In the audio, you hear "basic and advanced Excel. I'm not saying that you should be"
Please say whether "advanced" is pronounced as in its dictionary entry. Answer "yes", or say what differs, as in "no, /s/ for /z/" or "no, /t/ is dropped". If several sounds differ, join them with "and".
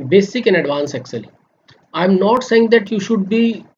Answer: no, /t/ is dropped